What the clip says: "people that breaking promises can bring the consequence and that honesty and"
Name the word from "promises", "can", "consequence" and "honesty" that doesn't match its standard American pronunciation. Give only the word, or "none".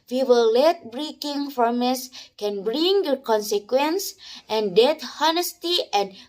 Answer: promises